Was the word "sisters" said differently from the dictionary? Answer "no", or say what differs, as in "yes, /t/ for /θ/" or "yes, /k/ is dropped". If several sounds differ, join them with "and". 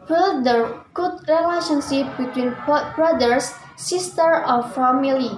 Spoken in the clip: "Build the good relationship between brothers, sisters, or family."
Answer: yes, /z/ is dropped